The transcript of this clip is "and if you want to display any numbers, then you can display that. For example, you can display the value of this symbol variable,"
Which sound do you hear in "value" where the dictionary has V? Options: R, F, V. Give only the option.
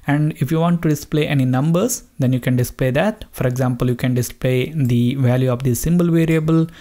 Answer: V